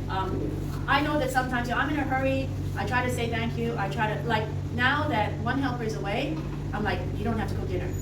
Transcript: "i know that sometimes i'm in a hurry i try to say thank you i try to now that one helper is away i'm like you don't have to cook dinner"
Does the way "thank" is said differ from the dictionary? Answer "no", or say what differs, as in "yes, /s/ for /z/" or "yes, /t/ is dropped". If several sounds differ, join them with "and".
no